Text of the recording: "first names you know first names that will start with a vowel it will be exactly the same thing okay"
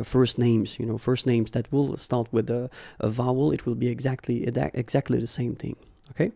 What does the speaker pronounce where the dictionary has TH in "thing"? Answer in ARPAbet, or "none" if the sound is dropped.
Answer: TH